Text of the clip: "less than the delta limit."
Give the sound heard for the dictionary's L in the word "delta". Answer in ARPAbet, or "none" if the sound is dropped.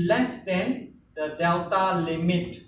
W